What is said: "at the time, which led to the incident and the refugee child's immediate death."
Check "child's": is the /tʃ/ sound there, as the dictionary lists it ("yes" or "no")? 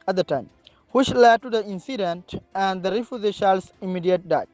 no